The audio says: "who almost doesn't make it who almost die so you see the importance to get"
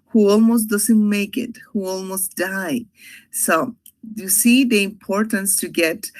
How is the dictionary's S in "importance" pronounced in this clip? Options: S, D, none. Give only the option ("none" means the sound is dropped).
S